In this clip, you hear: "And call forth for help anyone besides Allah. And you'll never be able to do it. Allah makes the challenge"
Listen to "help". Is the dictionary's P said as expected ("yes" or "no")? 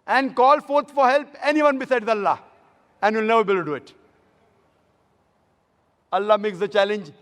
yes